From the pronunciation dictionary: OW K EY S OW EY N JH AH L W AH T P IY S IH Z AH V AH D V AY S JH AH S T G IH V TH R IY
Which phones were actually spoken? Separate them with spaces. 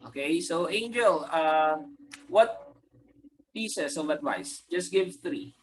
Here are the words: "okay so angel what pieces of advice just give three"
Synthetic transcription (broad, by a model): OW K EY S OW EY N JH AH L W AH T P IY S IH S AH V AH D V AY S JH AH S T G IH V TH R IY